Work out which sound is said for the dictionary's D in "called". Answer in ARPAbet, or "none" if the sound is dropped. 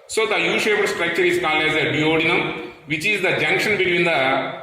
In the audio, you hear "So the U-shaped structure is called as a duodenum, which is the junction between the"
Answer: none